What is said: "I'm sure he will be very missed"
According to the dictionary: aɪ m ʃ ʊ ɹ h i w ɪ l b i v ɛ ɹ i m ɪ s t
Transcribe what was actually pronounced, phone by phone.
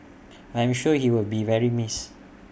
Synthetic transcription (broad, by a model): aɪ m ʃ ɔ h i w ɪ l b i v ɛ ɹ i m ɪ s